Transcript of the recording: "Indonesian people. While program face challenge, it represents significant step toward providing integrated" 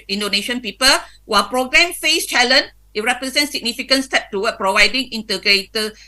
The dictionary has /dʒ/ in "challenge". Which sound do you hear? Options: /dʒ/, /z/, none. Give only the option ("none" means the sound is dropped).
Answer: none